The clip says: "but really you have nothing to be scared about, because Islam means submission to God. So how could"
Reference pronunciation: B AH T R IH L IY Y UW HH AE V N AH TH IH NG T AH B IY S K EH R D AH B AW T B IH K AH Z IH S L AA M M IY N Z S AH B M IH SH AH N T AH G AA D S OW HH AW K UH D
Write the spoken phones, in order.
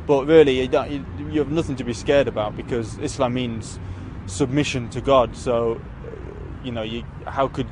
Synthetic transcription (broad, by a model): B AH T R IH L IY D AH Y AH V N AH TH IH NG T AH B IY S K EH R D AH B AW T B IH K AH Z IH S L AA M M IY N Z S AH B M IH SH AH N T AH G AA D S OW HH AW K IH D